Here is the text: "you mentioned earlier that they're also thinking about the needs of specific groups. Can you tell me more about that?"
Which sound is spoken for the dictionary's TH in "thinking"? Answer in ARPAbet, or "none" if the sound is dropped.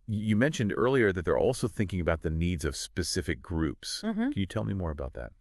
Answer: TH